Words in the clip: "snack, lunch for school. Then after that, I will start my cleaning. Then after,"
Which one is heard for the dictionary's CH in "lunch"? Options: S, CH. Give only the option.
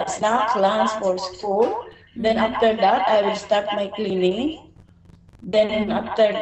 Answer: S